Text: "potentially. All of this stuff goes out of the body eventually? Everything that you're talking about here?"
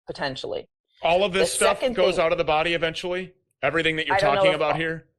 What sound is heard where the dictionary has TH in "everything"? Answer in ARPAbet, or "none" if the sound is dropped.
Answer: TH